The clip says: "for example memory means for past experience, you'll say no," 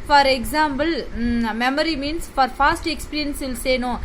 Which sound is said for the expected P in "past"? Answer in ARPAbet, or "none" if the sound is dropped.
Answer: F